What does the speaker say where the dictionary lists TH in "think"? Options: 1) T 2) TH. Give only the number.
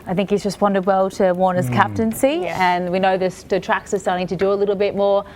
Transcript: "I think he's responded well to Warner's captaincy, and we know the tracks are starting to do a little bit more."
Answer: 2